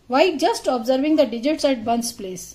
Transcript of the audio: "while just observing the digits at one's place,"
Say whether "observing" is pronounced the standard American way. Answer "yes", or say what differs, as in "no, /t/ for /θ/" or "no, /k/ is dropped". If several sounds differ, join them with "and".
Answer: yes